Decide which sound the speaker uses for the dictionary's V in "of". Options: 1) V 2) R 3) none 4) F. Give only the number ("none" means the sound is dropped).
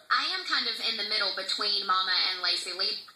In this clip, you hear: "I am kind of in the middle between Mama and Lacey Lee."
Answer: 1